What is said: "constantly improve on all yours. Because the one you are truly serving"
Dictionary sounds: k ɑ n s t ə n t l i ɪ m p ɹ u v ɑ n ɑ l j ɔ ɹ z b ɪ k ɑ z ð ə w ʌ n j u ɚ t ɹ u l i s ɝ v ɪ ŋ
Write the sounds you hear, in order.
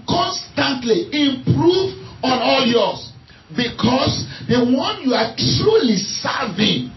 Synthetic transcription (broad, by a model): k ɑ n s t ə n t l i ɪ m p ɹ u v ɑ n ɑ l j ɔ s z b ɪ k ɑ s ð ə w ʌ n j u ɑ t ɹ u l i s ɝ v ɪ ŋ